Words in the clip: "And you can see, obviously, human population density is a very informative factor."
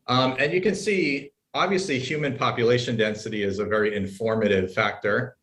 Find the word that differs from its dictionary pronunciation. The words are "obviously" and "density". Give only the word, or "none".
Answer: none